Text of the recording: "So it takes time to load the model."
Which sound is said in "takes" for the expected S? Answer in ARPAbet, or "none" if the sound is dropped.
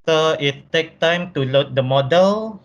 none